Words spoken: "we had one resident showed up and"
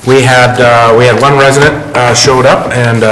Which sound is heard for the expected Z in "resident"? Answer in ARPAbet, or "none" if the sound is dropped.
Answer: Z